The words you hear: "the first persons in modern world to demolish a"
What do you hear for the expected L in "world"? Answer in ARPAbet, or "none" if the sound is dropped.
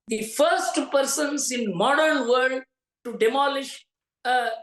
none